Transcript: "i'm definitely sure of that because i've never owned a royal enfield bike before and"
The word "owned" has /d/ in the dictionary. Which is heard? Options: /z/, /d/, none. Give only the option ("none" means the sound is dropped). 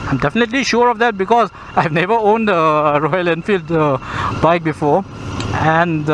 /d/